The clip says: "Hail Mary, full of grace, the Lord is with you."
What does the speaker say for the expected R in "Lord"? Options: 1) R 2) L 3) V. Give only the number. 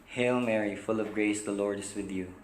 1